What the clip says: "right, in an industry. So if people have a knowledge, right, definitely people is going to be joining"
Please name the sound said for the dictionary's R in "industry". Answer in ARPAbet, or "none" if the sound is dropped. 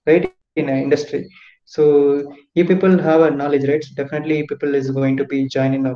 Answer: R